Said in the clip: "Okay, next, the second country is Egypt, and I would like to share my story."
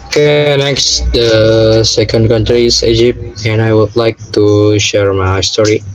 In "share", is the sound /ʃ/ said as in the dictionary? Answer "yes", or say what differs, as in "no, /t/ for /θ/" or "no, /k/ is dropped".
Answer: yes